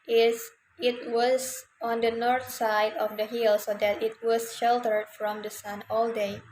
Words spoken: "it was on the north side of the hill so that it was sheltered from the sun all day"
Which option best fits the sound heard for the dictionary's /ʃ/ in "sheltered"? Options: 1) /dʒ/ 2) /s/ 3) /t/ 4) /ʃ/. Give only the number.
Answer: 4